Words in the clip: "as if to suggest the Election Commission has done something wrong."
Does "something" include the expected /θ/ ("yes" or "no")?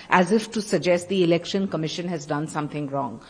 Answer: no